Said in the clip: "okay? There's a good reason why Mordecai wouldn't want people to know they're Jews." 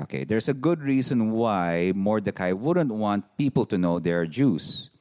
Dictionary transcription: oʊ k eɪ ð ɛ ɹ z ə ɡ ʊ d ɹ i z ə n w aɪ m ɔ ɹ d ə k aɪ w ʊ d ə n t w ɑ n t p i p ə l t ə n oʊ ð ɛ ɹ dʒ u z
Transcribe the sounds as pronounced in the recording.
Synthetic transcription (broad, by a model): oʊ k eɪ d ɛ ɹ s ə ɡ ʊ d ɹ i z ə n w aɪ m ɔ ɹ d ə k aɪ w ʊ d ə n t w ɑ n t p i p ə l t ə n oʊ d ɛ ɹ dʒ u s